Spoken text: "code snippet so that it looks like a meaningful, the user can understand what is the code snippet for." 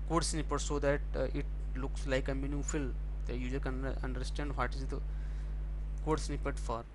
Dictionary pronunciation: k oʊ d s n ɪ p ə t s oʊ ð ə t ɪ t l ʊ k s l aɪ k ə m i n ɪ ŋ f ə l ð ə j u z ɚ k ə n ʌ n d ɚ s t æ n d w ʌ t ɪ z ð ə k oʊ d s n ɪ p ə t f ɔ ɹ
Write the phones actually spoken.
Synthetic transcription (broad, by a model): k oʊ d s n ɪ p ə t s oʊ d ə t ɪ t l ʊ k s l aɪ k ə m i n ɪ f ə l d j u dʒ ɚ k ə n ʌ n d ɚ s t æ n d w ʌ t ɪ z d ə k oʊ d s n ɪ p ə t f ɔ ɹ